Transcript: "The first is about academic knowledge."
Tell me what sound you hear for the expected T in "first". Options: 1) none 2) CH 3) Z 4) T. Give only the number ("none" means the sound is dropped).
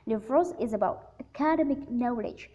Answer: 1